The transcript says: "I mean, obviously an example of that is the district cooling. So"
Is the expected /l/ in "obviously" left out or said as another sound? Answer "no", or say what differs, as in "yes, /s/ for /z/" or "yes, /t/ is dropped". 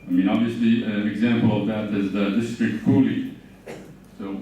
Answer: no